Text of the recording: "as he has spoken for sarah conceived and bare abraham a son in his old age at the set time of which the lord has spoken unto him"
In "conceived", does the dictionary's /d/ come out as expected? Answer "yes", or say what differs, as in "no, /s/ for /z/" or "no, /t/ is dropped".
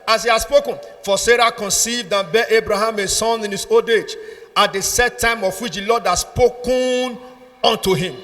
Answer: yes